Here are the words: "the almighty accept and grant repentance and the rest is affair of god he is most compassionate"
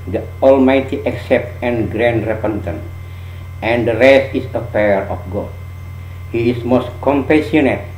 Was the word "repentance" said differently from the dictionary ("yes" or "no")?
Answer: yes